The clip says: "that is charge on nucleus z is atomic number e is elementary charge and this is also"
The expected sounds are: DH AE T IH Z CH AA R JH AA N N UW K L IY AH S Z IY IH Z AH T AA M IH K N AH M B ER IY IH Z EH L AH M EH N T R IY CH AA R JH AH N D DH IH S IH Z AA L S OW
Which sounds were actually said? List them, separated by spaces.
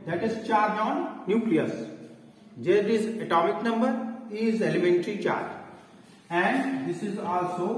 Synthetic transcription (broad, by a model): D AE T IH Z CH AA R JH AA N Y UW K L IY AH S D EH IH Z AH T AA M IH K N AH M B ER IY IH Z EH L AH M EH N T R IY CH AA R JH AH N D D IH S IH Z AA L S OW